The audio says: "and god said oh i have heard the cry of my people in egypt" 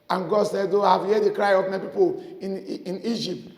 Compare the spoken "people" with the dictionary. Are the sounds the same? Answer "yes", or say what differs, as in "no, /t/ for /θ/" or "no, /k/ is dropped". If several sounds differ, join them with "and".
no, /n/ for /l/